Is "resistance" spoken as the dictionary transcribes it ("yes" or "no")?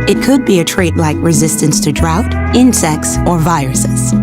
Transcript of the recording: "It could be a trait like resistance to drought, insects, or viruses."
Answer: yes